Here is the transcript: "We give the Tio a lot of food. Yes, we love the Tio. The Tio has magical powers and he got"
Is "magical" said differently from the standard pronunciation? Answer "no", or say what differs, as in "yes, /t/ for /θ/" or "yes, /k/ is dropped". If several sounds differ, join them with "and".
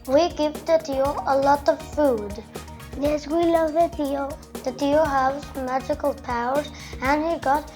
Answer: no